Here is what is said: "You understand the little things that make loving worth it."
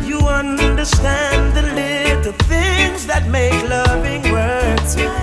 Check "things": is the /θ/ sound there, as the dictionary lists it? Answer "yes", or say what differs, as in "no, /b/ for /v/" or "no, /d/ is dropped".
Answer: yes